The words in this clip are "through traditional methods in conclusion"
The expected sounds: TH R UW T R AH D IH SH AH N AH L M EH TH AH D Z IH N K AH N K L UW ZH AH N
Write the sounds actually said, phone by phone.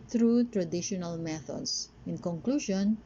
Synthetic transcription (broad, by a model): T R UW T R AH D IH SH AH N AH L M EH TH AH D S IH N K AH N K L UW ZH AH N